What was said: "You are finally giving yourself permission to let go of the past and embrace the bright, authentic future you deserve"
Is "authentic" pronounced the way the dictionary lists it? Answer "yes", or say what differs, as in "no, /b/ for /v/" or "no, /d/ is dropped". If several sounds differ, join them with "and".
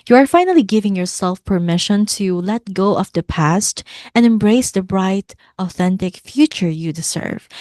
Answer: yes